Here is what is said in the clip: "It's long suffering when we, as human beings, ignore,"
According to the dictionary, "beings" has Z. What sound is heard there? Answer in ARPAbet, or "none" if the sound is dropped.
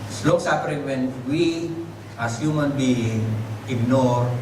none